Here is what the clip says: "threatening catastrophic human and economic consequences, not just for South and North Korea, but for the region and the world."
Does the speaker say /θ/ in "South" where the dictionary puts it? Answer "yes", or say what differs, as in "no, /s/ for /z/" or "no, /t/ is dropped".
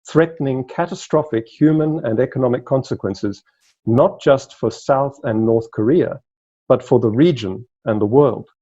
yes